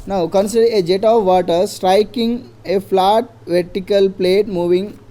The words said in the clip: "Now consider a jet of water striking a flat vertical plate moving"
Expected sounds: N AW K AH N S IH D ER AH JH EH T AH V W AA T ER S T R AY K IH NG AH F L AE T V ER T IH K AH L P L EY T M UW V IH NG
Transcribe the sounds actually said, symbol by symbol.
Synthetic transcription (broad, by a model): N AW K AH N S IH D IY AH JH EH T AH V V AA T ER S T R AY K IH NG AH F L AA T V ER T IH K AH L P L EY T M UW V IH NG